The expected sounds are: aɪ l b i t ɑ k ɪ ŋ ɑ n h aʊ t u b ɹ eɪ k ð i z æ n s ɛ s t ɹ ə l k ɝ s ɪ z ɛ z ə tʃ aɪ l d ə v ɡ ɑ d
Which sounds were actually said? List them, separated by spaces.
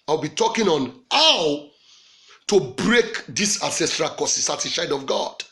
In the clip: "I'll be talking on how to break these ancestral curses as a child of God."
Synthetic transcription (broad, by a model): aɪ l b i t ɑ k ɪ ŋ ɑ n h aʊ t u b ɹ eɪ k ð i s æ s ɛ s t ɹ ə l k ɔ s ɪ s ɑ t ə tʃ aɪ d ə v ɡ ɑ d